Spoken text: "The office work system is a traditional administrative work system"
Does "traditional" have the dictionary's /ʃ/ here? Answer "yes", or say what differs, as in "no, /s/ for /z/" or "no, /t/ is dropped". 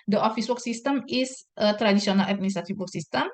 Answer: no, /s/ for /ʃ/